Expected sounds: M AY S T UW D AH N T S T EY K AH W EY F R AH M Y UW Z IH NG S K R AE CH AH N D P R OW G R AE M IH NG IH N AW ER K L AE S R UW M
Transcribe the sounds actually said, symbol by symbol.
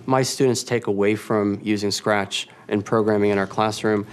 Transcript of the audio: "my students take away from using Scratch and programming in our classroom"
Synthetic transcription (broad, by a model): M AY S T UW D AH N T S T EY K AH W EY F R AH M Y UW Z IH NG S K R AE CH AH N P R OW G R AE M IH NG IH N AW ER K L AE S R UW M